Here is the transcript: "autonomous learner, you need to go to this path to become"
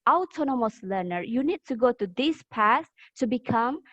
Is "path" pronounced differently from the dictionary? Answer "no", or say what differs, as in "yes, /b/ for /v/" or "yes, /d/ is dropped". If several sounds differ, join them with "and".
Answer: yes, /s/ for /θ/